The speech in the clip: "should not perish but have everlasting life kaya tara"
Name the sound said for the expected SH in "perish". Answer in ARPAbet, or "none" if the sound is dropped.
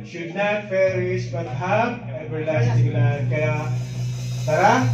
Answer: S